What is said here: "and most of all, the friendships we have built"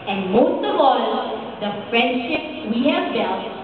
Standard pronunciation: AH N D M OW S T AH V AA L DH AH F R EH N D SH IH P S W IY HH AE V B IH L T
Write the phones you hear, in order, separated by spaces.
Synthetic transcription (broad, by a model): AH N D M OW S T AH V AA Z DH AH F R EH N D SH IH P W IY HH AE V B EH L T